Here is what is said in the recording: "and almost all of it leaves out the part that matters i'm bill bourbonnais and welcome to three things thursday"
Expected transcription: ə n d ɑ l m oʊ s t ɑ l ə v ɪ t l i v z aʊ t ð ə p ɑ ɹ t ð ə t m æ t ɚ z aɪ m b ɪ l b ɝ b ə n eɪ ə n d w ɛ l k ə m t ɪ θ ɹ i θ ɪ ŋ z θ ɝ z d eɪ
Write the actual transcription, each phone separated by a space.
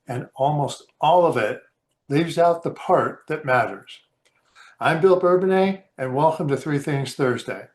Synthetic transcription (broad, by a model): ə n ɑ l m oʊ s t ɑ l ə v ɪ t l i v z aʊ t ð ə p ɑ ɹ t ð ə t m æ t ɚ z aɪ m b ɪ l b ɝ b ə n eɪ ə n w ɛ l k ə m t ɪ θ ɹ i θ ɪ ŋ z θ ɝ z d eɪ